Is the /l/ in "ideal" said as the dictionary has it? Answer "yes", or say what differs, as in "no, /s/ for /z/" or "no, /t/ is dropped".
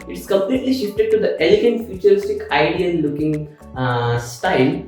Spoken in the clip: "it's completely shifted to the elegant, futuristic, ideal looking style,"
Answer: no, /n/ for /l/